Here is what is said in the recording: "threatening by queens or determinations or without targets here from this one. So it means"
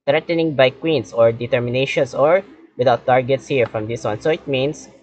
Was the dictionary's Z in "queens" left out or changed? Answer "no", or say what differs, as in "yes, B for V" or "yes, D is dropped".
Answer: yes, S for Z